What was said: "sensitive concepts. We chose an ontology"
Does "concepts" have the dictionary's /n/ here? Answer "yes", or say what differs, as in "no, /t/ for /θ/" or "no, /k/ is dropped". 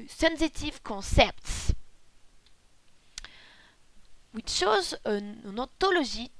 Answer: no, /n/ is dropped